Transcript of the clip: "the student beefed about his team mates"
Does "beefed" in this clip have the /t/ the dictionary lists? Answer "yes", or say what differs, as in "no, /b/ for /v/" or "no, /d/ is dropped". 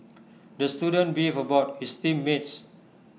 no, /t/ is dropped